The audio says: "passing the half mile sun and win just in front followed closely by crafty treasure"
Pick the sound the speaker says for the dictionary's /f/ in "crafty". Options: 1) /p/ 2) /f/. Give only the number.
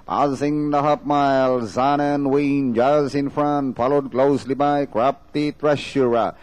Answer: 1